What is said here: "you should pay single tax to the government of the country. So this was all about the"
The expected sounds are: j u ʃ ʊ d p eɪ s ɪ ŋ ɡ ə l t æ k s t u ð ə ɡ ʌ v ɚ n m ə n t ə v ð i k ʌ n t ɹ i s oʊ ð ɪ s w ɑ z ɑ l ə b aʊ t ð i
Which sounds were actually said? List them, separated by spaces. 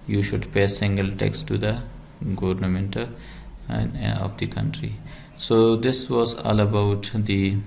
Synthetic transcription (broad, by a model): j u ʃ ʊ d p eɪ s ɪ ŋ ɡ ə l t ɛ k s t u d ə ɡ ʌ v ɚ n m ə n t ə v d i k ʌ n t ɹ i s oʊ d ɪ s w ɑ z ɑ l ə b aʊ t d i